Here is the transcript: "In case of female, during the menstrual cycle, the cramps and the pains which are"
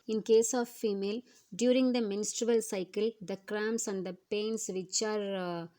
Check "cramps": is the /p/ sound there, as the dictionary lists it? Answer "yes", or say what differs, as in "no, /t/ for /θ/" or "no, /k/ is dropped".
no, /p/ is dropped